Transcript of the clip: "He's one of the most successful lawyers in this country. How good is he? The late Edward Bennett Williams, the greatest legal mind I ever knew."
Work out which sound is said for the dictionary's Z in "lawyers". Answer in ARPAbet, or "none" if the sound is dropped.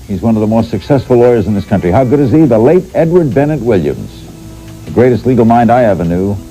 Z